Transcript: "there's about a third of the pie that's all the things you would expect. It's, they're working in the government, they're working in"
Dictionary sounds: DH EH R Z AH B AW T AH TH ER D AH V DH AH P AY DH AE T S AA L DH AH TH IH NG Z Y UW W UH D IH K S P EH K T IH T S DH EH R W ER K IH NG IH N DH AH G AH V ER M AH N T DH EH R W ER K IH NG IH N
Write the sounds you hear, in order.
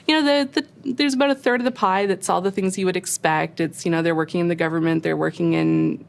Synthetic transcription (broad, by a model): DH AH R Z AH B AW T AH TH ER D AH V DH AH P AY DH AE T S AA L DH AH TH IH NG Z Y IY W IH D IH K S P EH K T IH T S DH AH R W ER K IH NG IH N DH AH G AH V ER M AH N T DH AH R W ER K IH NG IH N